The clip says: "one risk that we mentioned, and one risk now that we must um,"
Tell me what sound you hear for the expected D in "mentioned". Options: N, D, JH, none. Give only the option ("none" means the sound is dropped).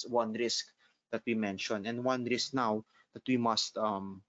none